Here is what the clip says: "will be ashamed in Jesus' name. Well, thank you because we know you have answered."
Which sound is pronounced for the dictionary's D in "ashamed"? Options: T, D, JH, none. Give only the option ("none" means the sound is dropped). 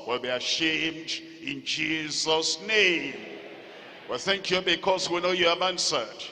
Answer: D